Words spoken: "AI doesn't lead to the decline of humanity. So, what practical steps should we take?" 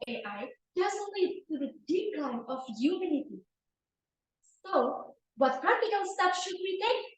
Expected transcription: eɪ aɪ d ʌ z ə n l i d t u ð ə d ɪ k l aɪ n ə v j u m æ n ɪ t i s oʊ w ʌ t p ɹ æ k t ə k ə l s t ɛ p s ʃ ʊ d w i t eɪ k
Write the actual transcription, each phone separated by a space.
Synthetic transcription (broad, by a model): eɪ aɪ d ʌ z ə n l i d t u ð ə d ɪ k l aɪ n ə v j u m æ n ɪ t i s oʊ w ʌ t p ɹ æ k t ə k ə n s t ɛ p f ʃ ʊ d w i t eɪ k